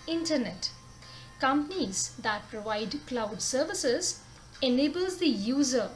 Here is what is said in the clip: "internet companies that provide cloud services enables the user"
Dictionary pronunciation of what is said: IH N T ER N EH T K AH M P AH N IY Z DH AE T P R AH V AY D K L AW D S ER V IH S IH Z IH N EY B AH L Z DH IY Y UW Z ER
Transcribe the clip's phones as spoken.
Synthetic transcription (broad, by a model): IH N T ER N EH T K AH M P AH N IY Z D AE T P R AH V AY D K L AW D S ER V IH S IH Z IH N EY B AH L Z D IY Y UW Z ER